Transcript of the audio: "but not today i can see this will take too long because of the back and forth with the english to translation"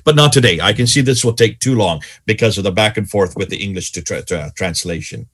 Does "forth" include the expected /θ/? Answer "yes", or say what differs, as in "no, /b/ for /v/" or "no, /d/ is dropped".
yes